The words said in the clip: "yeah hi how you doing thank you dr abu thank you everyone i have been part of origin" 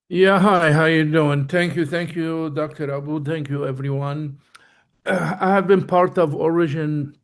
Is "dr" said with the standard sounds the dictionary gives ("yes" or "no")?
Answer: yes